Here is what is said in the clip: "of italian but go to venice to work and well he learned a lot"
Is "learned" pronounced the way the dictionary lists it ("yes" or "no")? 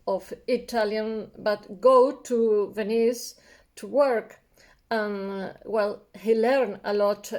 no